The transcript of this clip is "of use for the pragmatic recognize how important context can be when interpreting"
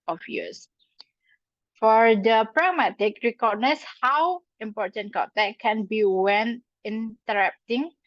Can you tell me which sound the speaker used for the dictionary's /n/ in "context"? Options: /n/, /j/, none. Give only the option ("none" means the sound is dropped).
none